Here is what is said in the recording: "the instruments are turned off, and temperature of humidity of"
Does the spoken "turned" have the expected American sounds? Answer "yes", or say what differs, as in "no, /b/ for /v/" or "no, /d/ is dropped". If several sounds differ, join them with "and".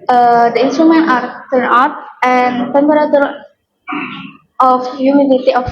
no, /d/ is dropped